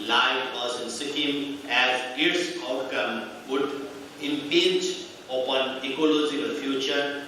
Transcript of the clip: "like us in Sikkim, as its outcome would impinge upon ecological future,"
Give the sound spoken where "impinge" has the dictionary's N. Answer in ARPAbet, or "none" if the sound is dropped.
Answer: none